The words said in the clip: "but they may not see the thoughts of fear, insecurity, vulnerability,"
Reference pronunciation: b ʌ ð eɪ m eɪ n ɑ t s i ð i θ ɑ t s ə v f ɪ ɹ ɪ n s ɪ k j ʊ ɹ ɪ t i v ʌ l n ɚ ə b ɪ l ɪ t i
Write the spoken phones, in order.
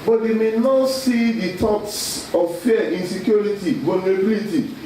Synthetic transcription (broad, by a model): b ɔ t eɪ m eɪ n ɑ t s i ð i t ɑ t s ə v f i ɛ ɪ n s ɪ k j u ɹ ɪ t i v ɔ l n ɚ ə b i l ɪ t i